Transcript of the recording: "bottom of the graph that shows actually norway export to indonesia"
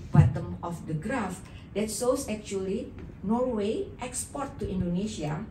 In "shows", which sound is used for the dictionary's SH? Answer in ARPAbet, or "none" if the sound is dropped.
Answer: S